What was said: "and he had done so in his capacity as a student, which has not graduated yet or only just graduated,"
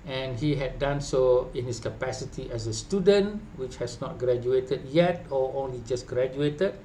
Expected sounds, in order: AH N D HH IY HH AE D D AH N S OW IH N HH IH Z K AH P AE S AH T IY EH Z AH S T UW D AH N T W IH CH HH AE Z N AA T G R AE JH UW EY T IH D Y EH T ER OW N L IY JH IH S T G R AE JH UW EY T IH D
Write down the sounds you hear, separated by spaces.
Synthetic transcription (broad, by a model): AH N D HH IY HH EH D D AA N S OW IH N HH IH S K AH P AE S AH T IY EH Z AH S T UW D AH N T W IH CH HH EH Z N AA T G R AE JH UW EY T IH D Y EH T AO OW N L IY JH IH S G R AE JH UW EY T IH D